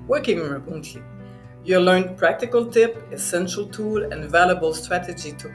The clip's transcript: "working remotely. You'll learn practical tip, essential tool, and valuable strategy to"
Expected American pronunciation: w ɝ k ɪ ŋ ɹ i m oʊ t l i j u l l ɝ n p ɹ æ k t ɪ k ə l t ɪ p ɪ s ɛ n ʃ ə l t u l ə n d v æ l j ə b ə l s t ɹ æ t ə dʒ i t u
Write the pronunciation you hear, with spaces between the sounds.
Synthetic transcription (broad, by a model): w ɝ k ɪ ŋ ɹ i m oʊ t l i j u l l ɝ n p ɹ æ k t ɪ k ə l t ɪ p ɪ s ɛ n ʃ ə l t u l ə n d v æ l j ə b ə l s t ɹ æ t ə dʒ i t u